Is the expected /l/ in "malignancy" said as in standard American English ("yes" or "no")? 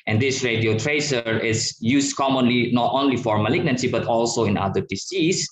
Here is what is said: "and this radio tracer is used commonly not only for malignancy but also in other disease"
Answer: yes